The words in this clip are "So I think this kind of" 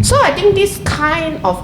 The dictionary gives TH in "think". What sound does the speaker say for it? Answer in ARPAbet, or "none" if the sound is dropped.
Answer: T